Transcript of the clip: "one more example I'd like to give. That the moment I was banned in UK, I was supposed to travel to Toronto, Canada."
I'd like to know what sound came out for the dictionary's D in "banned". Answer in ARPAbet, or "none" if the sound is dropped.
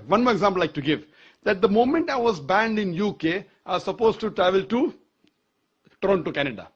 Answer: D